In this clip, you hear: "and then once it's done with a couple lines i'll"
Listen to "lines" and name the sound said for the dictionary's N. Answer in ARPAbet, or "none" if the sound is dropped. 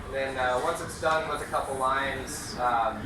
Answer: N